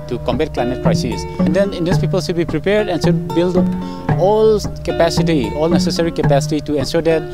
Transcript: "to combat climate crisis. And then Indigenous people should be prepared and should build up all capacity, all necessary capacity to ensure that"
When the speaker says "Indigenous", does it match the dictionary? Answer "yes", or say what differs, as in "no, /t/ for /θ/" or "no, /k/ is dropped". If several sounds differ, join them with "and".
no, /dʒ/ is dropped